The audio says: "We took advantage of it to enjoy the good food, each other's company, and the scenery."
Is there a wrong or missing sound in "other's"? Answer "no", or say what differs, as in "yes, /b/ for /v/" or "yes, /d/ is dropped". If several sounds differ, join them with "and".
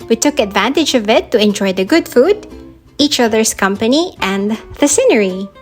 yes, /s/ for /z/